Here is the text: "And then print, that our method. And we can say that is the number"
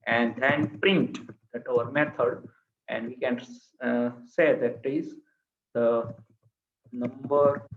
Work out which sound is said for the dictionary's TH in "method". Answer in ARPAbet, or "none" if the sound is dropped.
T